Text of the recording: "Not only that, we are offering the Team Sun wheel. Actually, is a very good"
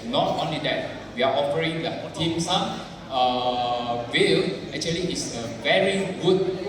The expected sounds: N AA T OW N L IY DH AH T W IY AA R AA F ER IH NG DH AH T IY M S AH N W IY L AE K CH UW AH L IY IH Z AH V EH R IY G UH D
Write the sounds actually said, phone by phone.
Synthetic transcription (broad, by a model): N AA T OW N L IY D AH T W IY AA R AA P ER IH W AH T IY M S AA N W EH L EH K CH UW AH L IY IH S AH V EH R IY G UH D